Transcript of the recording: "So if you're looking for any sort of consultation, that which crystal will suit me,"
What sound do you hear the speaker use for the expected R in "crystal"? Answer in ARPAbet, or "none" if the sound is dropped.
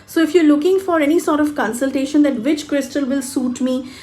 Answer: R